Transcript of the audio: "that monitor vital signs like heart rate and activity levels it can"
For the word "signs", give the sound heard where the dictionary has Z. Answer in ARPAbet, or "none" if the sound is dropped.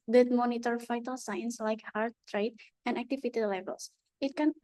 S